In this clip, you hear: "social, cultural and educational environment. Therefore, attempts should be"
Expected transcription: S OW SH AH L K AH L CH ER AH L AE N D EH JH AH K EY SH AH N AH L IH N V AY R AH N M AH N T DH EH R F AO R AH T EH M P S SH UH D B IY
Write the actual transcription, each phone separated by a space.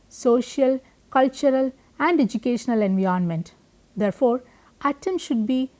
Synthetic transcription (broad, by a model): S OW SH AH L K AH L CH ER AH L AE N D EH JH AH K EY SH AH N AH L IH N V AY AH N M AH N T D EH R F AO R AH T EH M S SH UH D B IY